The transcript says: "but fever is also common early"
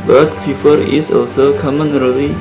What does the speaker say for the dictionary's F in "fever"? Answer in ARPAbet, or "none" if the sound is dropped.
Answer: P